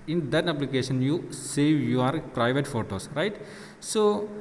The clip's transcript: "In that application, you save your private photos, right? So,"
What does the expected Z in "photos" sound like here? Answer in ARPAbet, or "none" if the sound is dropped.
S